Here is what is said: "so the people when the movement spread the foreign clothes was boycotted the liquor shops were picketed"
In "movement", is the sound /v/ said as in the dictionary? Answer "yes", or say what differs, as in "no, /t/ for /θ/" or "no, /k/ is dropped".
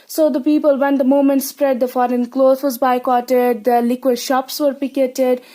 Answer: no, /v/ is dropped